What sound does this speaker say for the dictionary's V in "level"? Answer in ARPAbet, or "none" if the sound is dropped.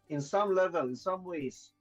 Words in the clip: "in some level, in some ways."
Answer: V